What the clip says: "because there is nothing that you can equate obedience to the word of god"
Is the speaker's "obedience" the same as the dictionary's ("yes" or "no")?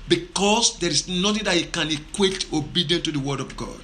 no